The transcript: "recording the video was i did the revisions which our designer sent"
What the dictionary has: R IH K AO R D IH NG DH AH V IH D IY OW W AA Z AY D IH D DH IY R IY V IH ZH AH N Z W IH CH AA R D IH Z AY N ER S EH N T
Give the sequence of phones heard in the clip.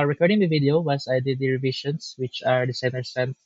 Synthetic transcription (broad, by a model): R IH K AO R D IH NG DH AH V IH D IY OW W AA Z AY D IH D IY R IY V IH SH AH N S W IH CH AA R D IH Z AY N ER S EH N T